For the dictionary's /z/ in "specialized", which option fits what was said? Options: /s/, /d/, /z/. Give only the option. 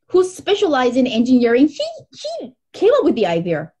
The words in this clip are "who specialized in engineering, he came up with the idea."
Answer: /z/